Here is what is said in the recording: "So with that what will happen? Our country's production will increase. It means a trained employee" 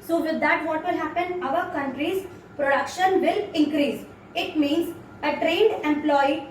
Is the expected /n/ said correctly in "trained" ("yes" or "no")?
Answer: yes